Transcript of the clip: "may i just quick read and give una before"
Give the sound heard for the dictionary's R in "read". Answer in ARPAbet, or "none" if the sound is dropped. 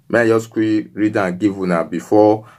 R